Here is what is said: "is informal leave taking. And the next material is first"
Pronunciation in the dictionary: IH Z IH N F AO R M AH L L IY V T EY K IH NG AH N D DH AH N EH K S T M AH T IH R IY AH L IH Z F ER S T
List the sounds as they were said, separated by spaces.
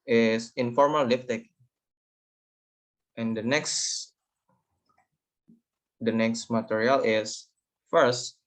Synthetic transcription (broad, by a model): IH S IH N F AO R M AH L L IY F T EY K IH NG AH N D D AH N EH K S T M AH T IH R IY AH L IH S F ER S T